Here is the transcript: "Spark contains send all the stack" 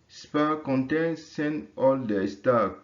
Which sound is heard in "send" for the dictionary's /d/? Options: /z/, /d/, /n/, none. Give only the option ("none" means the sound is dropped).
none